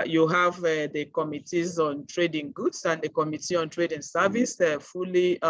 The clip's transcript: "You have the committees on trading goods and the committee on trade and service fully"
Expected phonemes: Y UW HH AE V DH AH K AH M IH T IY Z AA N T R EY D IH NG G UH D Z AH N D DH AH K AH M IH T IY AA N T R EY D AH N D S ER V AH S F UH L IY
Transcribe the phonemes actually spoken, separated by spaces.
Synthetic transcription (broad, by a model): Y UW HH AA V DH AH K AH M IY T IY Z AA N T R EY D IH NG G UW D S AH N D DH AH K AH M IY T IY AA N T R EY D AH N S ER V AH S F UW L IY